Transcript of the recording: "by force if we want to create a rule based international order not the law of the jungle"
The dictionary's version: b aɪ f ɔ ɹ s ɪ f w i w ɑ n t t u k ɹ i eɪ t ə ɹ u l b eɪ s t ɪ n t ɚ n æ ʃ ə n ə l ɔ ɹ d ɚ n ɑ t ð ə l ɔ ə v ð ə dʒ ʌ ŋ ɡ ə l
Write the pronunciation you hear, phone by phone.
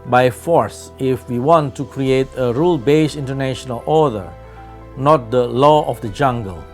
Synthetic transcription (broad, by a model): b aɪ f ɔ ɹ s ɪ f w i w ɑ n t t u k ɹ i eɪ t ə ɹ u l b eɪ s ɪ n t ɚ n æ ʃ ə n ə l ɔ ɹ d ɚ n ɑ t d ə l ɔ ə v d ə dʒ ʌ ŋ ɡ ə l